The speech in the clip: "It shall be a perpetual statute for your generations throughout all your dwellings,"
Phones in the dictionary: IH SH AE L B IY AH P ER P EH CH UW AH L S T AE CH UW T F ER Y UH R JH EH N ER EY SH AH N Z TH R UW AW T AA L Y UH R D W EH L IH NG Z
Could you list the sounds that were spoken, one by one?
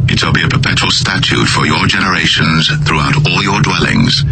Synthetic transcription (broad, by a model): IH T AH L B IY AH P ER P EH CH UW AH L S T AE CH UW T F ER Y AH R JH EH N ER EY SH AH N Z TH R UW AW T AA L Y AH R D W EH L IH NG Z